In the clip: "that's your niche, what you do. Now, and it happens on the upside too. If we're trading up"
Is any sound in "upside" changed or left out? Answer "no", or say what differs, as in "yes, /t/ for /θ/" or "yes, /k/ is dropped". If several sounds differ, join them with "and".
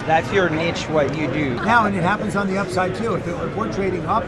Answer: no